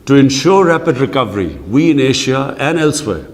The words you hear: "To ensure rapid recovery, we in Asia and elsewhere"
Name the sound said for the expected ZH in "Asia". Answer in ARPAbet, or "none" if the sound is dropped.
SH